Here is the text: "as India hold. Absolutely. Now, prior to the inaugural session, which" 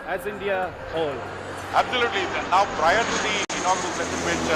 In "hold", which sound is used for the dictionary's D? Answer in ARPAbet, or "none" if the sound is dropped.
none